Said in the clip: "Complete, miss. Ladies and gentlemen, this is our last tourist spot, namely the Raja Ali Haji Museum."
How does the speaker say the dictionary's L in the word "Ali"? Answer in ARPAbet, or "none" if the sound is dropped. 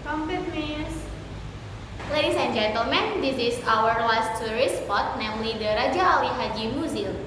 W